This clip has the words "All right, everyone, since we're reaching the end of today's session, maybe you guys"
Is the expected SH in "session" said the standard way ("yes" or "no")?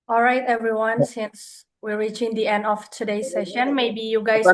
yes